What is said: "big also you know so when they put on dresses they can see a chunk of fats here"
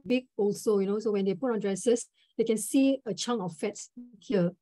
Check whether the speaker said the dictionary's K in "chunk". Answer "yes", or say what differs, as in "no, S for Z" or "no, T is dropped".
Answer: no, K is dropped